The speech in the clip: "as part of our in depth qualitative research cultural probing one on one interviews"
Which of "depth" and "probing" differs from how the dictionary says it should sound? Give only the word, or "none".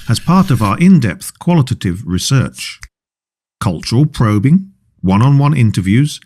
none